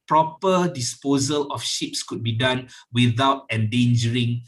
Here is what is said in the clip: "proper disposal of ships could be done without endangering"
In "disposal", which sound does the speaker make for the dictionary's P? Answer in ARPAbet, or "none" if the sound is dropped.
P